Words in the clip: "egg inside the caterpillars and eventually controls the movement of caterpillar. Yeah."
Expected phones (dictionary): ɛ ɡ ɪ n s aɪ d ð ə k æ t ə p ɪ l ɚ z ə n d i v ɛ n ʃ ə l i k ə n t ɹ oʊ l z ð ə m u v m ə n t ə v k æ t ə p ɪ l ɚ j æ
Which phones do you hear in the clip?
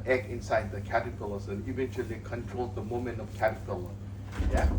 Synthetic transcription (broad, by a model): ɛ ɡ ɪ n s aɪ d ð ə k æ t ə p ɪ l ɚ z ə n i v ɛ n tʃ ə l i k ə n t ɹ oʊ l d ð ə m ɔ m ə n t ə v k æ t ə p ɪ l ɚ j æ